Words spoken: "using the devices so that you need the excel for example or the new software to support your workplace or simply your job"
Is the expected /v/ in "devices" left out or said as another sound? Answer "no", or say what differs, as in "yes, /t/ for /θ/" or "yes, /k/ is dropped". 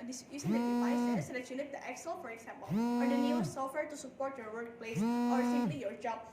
yes, /v/ is dropped